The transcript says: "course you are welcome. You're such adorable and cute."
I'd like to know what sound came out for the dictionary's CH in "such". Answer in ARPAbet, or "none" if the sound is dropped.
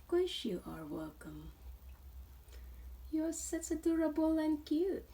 S